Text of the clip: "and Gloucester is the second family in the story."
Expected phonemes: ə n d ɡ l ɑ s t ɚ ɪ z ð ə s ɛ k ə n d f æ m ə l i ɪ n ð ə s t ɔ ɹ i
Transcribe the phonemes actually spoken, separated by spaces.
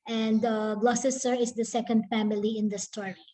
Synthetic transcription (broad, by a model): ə n d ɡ l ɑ s s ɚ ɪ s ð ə s ɛ k ə n d f æ m ə l i ɪ n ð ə s t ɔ ɹ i